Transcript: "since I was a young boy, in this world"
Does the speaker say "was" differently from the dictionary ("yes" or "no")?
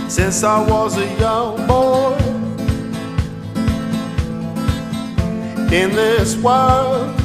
no